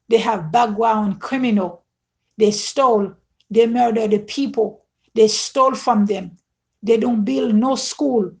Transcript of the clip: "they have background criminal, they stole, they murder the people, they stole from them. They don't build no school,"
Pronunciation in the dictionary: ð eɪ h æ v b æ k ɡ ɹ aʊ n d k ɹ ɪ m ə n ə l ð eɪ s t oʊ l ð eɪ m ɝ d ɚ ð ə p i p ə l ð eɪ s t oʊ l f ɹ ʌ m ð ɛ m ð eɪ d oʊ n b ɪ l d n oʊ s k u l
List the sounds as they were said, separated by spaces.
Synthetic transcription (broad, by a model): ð eɪ h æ v b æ ɡ w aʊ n k ɹ ɪ m ə n ə l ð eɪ s t oʊ l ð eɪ m ɝ d ɚ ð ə p i p ə l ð eɪ s t oʊ l f ɹ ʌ m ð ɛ m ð eɪ d oʊ n b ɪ l d n oʊ s k u l